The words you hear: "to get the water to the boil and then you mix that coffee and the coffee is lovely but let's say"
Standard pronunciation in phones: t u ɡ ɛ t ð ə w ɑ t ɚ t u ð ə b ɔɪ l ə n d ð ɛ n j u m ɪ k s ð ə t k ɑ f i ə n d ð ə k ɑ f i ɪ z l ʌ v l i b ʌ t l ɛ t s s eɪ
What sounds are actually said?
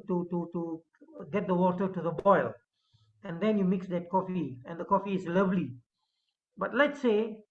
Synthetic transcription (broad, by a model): t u ɡ ɛ t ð ə w ɑ t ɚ t u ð ə b ɔɪ l ə n d ɛ n j u m ɪ k s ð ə t k ɑ f i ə n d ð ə k ɑ f i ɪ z l ʌ v l i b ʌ t l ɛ t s s eɪ